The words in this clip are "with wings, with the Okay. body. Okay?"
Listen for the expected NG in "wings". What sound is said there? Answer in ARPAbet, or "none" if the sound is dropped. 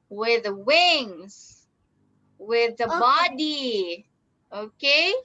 NG